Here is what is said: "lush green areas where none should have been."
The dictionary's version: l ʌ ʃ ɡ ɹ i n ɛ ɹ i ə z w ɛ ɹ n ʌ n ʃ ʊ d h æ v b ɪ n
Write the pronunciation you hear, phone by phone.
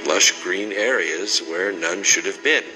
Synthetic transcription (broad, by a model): l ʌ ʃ ɡ ɹ i n ɛ ɹ i ə z w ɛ ɹ n ʌ n ʃ ʊ d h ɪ v b ɪ n